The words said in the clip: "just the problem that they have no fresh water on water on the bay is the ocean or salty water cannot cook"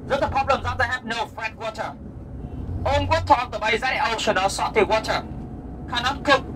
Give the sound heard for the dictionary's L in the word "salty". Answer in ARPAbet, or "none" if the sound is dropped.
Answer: none